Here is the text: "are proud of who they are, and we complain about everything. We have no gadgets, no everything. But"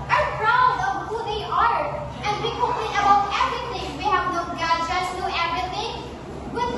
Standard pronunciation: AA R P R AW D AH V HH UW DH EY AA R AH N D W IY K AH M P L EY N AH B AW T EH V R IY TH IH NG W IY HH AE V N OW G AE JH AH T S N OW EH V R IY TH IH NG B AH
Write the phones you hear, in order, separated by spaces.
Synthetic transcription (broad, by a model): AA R P R AW D AH V HH UW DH EY AA R AH N D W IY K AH P EY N AH B AW T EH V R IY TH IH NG W IY HH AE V N OW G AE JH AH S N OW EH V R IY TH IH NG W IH